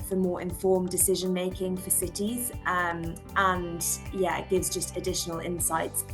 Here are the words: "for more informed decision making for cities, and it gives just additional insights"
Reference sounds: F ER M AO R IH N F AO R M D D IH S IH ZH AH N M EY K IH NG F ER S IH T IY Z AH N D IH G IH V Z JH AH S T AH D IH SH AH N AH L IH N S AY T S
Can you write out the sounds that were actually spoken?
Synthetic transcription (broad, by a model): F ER M AO R IH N F AO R M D D IH S IH ZH AH N M EY K IH NG F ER S IH T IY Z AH N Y IH G IH V Z JH AH S T AH D IH SH AH N AH L IH N S AY T S